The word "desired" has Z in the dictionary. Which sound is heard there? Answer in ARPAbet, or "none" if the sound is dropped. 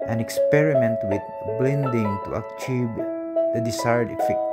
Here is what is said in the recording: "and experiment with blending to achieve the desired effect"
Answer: S